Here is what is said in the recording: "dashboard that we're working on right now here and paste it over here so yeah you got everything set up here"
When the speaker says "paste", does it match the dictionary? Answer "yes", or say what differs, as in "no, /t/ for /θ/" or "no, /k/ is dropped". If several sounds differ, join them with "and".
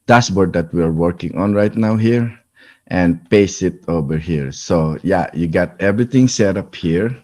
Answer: no, /t/ is dropped